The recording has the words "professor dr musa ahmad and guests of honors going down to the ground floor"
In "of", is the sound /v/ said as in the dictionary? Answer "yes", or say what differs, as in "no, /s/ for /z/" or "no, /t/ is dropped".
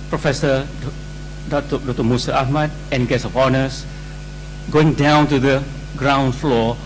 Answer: no, /p/ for /v/